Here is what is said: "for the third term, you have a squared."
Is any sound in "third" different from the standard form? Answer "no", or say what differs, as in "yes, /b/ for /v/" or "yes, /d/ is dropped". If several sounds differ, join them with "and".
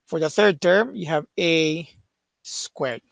no